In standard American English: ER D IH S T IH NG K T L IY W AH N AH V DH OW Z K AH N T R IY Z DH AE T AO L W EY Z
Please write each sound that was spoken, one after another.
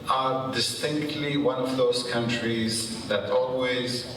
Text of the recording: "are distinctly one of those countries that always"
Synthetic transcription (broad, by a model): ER D IH S T IH NG K T L IY W AH N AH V DH OW Z K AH N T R IY Z DH AE T AO L W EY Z